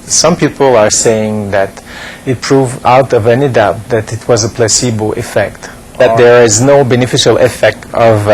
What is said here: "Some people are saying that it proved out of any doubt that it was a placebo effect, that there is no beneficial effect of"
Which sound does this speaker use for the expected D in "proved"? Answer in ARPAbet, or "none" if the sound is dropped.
none